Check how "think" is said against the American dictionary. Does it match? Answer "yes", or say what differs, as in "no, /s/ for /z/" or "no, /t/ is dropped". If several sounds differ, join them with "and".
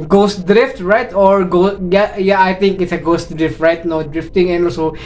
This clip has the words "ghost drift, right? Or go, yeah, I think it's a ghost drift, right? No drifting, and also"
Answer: no, /t/ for /θ/